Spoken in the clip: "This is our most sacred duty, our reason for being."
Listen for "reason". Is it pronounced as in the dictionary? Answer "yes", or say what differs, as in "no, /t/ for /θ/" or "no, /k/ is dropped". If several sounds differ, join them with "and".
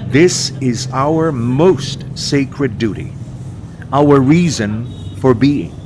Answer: yes